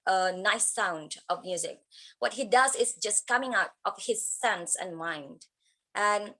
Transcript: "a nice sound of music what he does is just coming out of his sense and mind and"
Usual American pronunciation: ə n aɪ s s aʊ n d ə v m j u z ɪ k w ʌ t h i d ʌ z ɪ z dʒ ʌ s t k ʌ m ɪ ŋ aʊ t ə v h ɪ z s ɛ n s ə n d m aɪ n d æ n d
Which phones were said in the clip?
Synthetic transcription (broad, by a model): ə n aɪ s s aʊ n d ə v m j u z ɪ k w ʌ t h i d ʌ z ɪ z dʒ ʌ s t k ʌ m ɪ ŋ aʊ t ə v h ɪ z s ɛ n s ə n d m aɪ n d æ n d